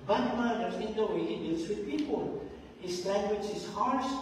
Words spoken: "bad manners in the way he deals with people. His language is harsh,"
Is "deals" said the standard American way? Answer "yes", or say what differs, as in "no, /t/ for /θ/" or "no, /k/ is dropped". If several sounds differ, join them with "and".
no, /s/ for /z/